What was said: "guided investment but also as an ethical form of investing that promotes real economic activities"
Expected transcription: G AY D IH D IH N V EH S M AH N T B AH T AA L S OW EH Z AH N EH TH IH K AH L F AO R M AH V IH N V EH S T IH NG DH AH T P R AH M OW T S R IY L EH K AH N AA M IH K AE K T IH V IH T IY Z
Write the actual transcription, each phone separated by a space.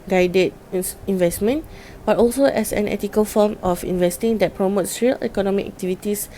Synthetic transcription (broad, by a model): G AY D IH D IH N V EH S M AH N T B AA T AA L S OW EH S AH N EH T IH K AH L F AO M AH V IH N V EH S T IH NG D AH T P R AH M OW T S R IY L EH K AH N AA M IH K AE K T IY V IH T IY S